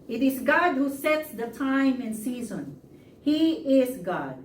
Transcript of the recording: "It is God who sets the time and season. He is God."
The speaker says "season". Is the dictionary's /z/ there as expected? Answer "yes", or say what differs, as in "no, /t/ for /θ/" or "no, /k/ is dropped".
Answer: yes